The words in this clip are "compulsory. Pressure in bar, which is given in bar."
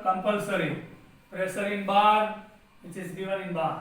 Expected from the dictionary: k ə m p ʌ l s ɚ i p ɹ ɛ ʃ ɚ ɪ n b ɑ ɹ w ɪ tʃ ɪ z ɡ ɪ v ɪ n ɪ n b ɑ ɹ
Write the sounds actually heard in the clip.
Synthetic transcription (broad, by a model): k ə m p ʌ l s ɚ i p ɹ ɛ s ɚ ɪ n b ɑ ɹ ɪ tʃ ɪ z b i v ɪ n ɪ n b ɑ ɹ